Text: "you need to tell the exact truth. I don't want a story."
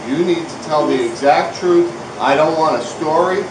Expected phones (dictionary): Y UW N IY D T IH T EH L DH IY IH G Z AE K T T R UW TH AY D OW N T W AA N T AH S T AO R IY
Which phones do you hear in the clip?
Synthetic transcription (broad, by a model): Y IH N IY D T IH T EH L DH IY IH G Z AE K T T R UW TH AY D OW N T W AA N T AH S T AO R IY